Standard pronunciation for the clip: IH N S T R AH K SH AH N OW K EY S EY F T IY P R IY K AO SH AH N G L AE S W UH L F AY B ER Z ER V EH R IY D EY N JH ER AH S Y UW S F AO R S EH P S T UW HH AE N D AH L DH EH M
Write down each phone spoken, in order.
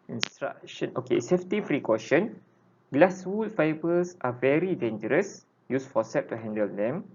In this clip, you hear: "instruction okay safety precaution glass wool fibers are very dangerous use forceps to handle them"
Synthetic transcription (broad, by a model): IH N S T R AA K SH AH N OW K EY S EY F T IY F R IY K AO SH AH N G L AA S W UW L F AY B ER S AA V EH R IY D EY N JH ER AH S Y UW S F AO S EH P T UW HH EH N D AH L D EH M